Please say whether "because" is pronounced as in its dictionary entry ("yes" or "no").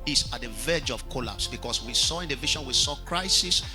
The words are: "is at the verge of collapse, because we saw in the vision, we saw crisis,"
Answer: no